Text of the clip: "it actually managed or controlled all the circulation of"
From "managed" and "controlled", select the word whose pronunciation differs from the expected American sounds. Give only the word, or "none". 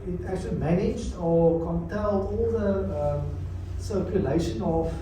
controlled